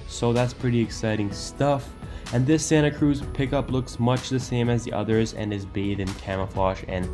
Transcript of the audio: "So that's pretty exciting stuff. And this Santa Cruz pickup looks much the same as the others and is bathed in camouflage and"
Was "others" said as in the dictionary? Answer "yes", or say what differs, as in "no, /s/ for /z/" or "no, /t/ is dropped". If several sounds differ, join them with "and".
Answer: yes